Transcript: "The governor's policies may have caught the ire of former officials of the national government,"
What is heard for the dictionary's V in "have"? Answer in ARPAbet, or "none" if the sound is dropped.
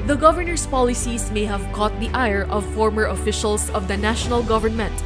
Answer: V